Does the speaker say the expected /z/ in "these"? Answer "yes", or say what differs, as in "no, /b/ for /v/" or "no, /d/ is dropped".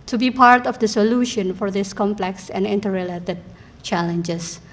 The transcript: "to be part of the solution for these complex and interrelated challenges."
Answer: no, /s/ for /z/